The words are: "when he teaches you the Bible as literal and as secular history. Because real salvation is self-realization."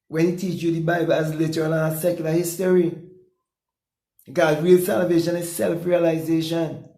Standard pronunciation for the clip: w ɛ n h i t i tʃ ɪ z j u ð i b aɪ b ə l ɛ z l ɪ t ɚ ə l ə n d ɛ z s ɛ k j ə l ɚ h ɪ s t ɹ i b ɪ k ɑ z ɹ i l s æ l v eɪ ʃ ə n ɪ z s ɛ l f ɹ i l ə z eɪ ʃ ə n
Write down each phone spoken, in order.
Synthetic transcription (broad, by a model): w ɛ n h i t i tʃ j u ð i b aɪ b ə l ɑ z l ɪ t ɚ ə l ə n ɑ s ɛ k j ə l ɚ h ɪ s t i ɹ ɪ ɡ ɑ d ɹ i l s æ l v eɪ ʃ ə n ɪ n s ɛ l f ɹ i l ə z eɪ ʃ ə n